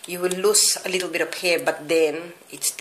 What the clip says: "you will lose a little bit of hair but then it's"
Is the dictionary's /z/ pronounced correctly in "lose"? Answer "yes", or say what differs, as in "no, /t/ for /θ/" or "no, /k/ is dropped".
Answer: no, /s/ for /z/